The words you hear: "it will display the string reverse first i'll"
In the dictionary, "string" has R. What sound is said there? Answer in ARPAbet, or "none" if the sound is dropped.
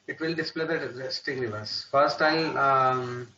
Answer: none